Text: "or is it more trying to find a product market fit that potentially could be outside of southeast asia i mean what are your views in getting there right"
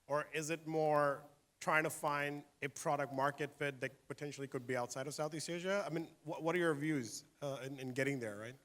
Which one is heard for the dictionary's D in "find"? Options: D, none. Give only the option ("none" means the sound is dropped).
D